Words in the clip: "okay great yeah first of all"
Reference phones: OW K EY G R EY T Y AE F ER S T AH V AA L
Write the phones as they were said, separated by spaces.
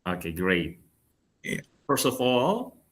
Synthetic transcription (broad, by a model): OW K EY G R EY T Y AE F ER S T AH V AA L